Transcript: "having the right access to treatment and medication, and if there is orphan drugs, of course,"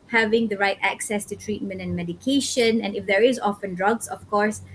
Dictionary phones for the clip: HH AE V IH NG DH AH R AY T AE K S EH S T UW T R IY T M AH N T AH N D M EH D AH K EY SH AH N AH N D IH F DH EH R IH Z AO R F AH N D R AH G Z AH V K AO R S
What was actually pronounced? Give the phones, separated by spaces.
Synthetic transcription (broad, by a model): HH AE V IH NG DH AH R AY T AE K S EH S T UW T R IY T M AH N T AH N M EH D AH K EY SH AH N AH N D IH F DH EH R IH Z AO F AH N D R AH G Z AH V K AO R S